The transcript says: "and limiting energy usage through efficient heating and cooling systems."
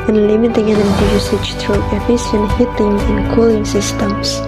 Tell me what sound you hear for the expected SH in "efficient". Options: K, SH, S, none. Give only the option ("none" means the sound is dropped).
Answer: S